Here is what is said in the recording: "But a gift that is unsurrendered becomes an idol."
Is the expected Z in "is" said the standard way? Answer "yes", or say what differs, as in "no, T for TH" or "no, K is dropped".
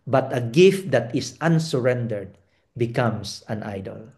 no, S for Z